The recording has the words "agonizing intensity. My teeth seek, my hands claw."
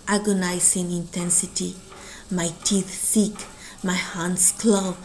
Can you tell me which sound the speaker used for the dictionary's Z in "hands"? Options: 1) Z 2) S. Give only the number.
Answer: 2